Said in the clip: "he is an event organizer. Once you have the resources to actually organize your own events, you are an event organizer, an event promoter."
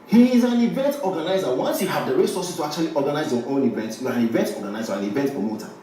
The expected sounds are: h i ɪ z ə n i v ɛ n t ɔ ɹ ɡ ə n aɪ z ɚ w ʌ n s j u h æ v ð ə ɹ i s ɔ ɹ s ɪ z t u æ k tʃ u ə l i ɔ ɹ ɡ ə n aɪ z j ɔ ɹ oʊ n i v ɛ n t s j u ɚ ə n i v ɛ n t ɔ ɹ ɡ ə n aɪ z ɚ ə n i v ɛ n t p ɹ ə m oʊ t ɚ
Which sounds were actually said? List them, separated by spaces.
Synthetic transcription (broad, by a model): h i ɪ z ə n i v ɛ n t ɔ ɡ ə n aɪ z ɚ w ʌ n s j u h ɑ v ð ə ɹ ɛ s ɔ s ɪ s t u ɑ k tʃ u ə l i ɔ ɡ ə n aɪ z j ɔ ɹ oʊ n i v ɛ n t j u ə n i v ɛ n t ɔ ɡ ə n aɪ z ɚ ə n i v ɛ n t p ɹ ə m oʊ t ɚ